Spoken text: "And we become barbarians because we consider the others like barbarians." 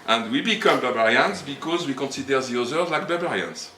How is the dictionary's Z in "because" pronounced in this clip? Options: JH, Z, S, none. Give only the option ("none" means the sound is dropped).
Z